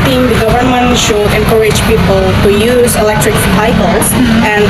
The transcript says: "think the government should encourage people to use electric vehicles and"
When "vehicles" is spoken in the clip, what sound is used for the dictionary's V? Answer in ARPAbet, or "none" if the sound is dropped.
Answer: P